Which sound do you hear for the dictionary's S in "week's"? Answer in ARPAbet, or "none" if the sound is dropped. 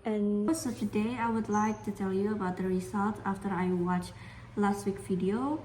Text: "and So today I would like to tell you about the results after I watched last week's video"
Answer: none